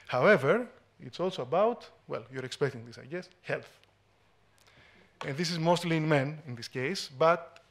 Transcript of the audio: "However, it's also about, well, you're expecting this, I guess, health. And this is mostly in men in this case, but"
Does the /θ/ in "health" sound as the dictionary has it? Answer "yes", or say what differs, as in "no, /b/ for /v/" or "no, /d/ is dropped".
yes